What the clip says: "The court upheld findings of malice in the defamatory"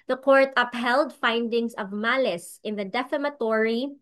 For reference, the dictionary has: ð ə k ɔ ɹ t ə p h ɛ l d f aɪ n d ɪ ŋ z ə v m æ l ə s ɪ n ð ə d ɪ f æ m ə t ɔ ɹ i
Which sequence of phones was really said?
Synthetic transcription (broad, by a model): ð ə k ɔ ɹ t ə p h ɛ l d f aɪ n d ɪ ŋ s ə v m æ l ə s ɪ n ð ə d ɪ f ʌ m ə t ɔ ɹ i